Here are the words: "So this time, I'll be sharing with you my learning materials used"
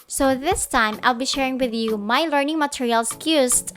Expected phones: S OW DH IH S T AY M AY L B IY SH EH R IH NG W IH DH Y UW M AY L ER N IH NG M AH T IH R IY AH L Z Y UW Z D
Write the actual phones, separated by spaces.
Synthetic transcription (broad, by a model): S OW DH IH S T AY M AY L B IY SH EH R IH NG W IH DH Y UW M AY L ER N IH NG M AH T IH R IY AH L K Y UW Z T